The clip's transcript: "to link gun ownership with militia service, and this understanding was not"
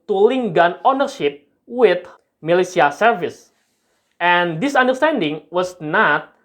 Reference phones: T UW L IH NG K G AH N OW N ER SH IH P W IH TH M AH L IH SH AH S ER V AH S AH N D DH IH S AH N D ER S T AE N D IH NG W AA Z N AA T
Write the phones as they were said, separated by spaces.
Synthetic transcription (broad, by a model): T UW L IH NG G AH N OW N ER SH IH P W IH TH M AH L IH S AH S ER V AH S AH N D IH S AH N D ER S T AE N D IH NG W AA S N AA T